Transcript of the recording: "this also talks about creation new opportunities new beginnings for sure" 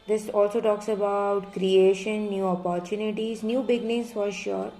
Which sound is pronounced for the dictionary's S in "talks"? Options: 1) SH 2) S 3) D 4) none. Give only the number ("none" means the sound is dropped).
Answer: 2